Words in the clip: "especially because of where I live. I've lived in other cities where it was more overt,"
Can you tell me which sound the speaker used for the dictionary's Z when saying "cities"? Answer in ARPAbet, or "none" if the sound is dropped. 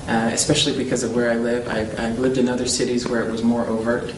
Z